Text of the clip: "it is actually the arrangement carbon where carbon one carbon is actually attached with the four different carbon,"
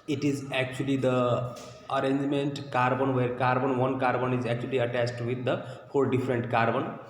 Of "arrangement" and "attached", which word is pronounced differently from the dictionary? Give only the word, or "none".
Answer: attached